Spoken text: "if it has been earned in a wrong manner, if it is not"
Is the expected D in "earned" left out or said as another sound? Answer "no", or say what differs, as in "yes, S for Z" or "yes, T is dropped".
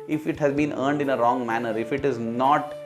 no